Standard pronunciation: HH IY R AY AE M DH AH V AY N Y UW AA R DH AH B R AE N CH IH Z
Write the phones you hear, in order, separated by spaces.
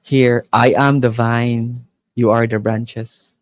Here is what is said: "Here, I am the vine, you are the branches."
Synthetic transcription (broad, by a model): HH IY R AY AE M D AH V AY N Y UW AA R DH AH B R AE N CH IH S